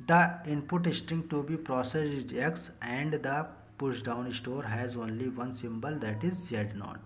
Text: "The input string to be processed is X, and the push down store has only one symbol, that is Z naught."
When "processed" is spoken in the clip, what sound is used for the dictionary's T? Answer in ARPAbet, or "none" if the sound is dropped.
none